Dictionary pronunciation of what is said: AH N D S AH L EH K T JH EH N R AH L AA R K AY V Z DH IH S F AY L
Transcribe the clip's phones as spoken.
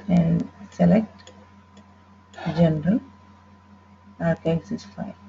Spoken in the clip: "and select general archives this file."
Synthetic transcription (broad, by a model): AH N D S AH L EH K T JH EH N R AH L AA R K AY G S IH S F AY